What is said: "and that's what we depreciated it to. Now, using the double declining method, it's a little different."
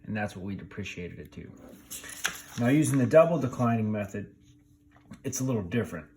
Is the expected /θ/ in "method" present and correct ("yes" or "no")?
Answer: yes